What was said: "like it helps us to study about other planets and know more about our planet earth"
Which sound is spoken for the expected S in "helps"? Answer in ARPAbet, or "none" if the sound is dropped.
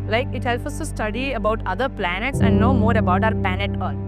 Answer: none